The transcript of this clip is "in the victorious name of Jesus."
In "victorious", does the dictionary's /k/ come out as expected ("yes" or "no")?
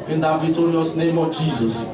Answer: no